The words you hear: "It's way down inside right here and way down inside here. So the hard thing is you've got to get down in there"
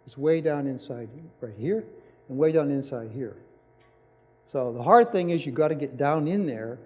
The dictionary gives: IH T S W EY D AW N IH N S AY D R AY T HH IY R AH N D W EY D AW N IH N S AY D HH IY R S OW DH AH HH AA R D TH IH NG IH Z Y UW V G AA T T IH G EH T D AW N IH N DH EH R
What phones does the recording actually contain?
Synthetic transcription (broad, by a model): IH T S W EY D AW N IH N S AY D R AY T HH IY R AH N W EY D AW N IH N S AY D HH IY R S OW DH AH HH AA R D TH IH NG IH Z Y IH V G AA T T IH G EH T D AW N IH N DH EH R